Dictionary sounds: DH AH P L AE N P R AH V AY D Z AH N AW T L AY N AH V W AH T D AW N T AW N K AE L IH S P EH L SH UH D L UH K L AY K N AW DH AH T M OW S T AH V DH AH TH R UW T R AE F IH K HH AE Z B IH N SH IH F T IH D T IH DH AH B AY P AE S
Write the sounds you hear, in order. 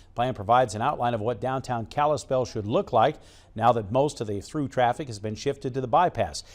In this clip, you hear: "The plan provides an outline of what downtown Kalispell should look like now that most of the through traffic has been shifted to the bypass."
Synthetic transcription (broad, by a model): P L AE N P R AH V AY D Z AH N AW T L AY N AH V W AH T D AW N T AW N K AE L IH S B EH L SH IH D L UH K L AY K N AW DH AH T M OW S T AH V DH AH TH R UW T R AE F IH K HH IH Z B IH N SH IH F T IH D T IH DH AH B AY P AE S